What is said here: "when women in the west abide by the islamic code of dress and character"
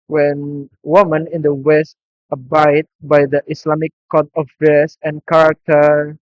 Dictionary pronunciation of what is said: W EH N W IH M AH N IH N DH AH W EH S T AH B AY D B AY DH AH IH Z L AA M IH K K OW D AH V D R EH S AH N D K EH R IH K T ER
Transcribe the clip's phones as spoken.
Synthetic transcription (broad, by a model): W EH N W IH M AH N IH N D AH W EH S T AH B AY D B AY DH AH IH S L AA M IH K K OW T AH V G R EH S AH N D K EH R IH K T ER